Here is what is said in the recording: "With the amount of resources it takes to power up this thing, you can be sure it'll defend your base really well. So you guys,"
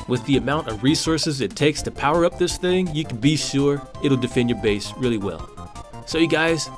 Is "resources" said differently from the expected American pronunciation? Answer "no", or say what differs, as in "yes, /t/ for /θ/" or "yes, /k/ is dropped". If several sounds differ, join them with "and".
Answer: no